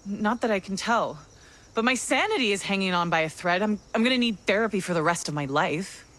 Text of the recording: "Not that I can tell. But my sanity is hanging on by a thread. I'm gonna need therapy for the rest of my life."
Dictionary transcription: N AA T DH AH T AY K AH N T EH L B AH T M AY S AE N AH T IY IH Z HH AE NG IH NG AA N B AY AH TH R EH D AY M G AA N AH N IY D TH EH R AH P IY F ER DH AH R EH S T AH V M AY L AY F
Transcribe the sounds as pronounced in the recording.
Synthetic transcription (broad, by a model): N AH T DH AH T AY K N T EH L B AH T M AY S AE N AH T IY IH Z HH AE NG IH NG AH N B AY AH TH R EH D AY M G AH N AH N IY D TH EH R AH P IY F ER DH AH R EH S T AH V M AY L AY F